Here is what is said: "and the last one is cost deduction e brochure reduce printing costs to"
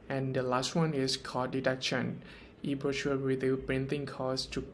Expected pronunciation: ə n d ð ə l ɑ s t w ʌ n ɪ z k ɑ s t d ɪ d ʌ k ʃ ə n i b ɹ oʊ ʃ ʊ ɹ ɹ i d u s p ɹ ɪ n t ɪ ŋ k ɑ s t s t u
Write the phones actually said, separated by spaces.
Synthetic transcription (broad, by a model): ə n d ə l ɑ s t w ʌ n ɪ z k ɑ d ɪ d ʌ k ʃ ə n i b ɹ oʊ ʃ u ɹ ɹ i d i p ɹ ɪ n t ɪ ŋ k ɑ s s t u